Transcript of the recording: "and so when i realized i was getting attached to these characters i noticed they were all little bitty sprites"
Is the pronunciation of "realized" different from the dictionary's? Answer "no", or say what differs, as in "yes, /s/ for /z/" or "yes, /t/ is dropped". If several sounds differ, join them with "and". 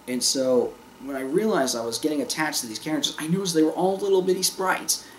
no